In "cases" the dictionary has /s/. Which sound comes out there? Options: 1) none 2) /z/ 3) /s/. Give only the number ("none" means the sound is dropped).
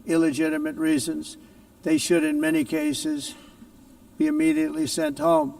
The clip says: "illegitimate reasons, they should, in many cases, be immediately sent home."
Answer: 3